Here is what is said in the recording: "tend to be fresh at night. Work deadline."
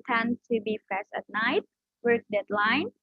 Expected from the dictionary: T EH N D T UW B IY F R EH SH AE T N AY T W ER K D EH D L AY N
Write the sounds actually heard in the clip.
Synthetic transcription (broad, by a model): T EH N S T UW B IY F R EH S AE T N AY T W ER K D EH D L AY N